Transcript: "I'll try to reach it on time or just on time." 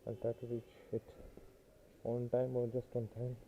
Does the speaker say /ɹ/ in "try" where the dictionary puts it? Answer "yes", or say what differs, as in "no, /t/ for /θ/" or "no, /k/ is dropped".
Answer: no, /ɹ/ is dropped